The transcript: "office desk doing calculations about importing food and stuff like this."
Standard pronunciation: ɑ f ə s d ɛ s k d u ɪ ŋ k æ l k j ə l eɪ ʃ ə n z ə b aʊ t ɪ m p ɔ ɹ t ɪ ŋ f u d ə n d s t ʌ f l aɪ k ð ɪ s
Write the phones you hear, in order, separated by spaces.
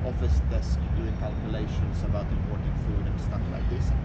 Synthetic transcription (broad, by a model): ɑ f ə s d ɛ s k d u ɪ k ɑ l k j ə l eɪ ʃ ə n s ə b aʊ t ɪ p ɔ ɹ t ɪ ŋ f u d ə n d s t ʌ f l aɪ k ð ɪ s